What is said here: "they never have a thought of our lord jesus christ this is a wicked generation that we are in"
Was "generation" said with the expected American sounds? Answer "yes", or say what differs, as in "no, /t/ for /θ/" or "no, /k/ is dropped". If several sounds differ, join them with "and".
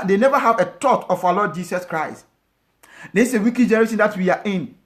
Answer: no, /s/ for /ʃ/